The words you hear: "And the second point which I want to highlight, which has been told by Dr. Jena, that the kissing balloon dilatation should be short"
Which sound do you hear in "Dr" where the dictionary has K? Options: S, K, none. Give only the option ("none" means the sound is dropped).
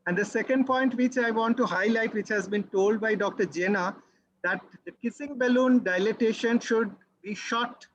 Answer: K